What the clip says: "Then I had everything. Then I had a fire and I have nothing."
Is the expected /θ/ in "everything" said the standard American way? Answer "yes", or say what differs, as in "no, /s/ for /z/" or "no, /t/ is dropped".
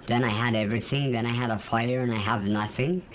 yes